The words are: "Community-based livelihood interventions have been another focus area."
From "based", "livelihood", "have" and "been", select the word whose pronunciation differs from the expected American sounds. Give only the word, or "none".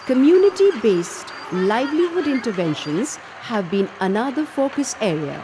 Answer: none